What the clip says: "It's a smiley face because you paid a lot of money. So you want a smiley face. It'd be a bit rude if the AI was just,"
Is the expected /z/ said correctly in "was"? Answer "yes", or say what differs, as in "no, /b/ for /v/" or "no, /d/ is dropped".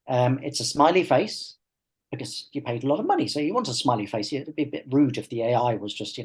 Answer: yes